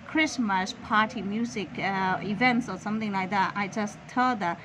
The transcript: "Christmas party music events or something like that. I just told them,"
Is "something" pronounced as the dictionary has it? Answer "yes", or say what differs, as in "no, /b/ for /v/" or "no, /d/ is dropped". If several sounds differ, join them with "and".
yes